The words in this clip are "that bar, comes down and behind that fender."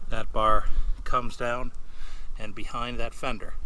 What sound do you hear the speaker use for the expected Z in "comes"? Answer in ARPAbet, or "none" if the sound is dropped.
Z